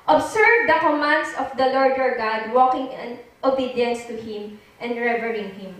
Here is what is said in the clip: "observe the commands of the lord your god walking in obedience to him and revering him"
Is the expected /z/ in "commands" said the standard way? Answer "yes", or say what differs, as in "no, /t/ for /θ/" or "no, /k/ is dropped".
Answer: no, /s/ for /z/